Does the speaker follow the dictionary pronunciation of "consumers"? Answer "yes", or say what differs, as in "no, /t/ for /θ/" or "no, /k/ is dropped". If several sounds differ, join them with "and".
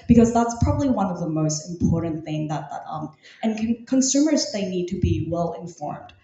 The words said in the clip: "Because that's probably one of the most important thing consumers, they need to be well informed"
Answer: yes